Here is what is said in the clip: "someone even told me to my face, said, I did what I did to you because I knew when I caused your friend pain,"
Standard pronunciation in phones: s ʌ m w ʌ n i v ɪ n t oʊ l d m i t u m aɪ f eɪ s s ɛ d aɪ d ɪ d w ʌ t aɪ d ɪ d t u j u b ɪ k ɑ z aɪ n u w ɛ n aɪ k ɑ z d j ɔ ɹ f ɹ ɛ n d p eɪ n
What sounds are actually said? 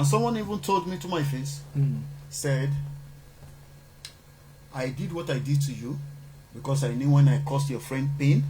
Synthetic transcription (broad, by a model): s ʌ m w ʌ n i v ɪ n t oʊ l d m i t u m aɪ f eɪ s s ɛ d aɪ d ɪ d w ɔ t aɪ d ɪ d t u j u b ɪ k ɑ s aɪ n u w ɛ n aɪ k ɑ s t j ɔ f ɹ ɛ n d p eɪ n